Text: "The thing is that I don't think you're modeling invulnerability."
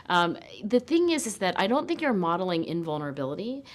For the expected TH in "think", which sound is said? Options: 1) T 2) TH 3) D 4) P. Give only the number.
2